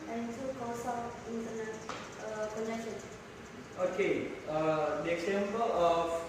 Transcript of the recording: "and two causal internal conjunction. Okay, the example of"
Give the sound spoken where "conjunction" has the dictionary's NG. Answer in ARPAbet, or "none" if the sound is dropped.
none